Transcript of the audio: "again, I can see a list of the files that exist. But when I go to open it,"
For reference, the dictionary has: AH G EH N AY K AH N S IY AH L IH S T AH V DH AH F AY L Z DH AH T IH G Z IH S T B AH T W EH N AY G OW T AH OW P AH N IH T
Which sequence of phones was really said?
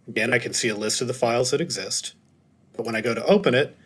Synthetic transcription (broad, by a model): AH G EH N AY K AH N S IY AH L IH S T AH V DH AH F AY L Z DH AH T IH G Z IH S T B AH T W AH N AY G OW T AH OW P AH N IH T